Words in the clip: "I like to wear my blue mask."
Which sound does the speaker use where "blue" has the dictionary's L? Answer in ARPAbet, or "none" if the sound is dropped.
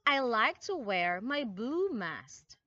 none